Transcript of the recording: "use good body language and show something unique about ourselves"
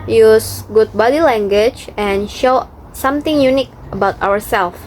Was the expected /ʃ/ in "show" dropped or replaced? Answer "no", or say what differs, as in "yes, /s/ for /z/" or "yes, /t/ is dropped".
no